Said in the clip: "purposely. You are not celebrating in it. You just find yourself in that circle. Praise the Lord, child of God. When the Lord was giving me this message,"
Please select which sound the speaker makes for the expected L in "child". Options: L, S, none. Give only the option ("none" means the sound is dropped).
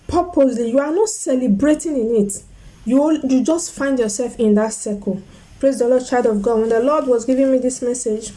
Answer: none